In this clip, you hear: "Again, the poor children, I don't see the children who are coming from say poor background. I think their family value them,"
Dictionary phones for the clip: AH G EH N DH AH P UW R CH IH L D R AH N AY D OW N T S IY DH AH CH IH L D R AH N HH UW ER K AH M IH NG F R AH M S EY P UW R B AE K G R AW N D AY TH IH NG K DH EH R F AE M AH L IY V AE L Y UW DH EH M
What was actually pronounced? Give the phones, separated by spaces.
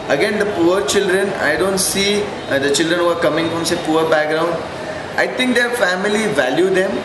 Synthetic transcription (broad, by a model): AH G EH N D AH P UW R CH IH L D R AH N AY D OW N T S IY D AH CH IH L D R AH N HH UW ER K AH M IH NG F R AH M S EY P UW R B AE K G R AW N D AY T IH NG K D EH R F AE M AH L IY V AE L Y UW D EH M